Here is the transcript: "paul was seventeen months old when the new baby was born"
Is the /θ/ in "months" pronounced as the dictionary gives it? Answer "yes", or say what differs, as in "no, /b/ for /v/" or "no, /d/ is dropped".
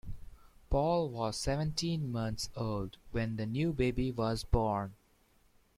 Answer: no, /t/ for /θ/